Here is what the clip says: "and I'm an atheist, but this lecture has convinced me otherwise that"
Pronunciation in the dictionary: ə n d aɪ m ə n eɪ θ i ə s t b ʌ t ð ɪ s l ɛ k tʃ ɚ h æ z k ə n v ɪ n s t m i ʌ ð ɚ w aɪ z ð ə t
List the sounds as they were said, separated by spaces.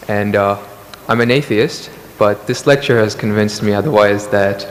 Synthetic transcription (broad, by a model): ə n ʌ aɪ m ə n eɪ θ i ə s t b ʌ t ð ɪ s l ɛ k tʃ ɚ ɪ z k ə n v ɪ n s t m i ʌ ð ɚ w aɪ z ð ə t